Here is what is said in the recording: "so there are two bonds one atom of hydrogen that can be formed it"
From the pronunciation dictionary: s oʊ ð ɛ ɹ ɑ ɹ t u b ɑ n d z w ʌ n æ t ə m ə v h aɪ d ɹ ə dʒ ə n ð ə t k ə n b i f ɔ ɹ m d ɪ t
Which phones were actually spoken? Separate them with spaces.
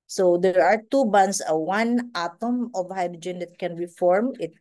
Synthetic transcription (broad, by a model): s oʊ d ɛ ɹ ɑ ɹ t u b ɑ n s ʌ w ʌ n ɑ t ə m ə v h aɪ d ɹ ə dʒ ə n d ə t k ə n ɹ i f ɔ ɹ m ɪ t